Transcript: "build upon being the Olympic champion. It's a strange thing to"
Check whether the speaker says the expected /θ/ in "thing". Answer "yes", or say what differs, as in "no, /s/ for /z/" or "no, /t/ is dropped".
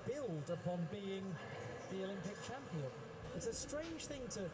yes